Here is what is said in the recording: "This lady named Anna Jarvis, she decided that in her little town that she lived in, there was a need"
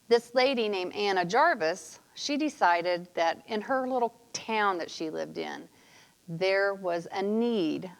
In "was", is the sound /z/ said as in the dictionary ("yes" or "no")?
yes